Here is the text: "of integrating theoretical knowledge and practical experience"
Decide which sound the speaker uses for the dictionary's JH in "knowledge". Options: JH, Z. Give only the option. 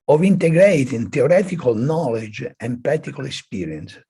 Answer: JH